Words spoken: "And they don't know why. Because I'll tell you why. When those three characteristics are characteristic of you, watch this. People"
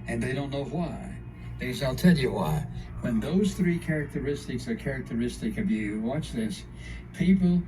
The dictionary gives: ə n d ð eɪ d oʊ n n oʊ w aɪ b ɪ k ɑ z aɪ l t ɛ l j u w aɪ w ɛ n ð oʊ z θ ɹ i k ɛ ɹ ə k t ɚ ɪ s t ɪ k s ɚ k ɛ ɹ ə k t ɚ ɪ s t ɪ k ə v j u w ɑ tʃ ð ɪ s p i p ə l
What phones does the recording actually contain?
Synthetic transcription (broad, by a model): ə n ð eɪ d oʊ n n oʊ w aɪ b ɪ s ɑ ɪ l t ɛ l j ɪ w aɪ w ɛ n ð oʊ z θ ɹ i k ɛ ɹ ə k t ɚ ɪ s t ɪ k s ɚ k ɛ ɹ ə k t ɚ ɪ s t ɪ k ə v j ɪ w ɑ tʃ ð ɪ s p i p l